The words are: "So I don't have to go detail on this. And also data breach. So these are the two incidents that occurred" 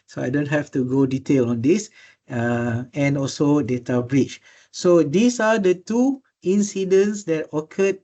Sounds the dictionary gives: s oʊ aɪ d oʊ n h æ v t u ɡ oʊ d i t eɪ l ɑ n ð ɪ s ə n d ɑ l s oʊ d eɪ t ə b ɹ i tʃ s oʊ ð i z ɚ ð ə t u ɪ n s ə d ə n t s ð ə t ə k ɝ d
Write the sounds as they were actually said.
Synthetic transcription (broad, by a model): s oʊ aɪ d oʊ n h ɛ f t u ɡ oʊ d i t eɪ l ɑ n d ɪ s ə n ɑ l s oʊ d eɪ t ə b ɹ i tʃ s oʊ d i s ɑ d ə t u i n s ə d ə n s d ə t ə k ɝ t